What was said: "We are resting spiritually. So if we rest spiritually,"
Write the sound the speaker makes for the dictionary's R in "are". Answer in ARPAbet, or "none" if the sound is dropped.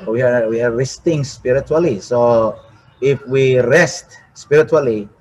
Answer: W